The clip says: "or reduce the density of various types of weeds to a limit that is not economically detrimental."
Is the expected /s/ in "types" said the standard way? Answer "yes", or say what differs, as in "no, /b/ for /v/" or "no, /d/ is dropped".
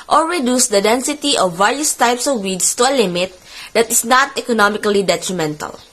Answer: yes